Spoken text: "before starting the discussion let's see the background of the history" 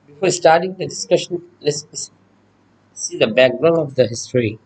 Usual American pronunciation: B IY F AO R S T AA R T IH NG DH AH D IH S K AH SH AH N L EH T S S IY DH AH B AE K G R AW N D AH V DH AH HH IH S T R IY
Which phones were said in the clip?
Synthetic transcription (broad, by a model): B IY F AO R S T AA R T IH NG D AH D IH S K AH SH AH N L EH S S S IY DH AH B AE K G R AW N AH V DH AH HH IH S T R IY